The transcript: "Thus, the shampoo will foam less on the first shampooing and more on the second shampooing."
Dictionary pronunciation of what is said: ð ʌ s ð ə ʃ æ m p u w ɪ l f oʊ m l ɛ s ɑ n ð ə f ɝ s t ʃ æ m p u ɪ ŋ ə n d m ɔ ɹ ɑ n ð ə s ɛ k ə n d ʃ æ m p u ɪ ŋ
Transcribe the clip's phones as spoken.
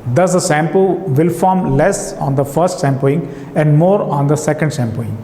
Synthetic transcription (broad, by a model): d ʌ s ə s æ m p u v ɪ l f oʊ m l ɛ s ɑ n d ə f ɝ s t s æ m p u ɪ ŋ ə n d m ɔ ɹ ɑ n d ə s ɛ k ə n d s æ m p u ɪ ŋ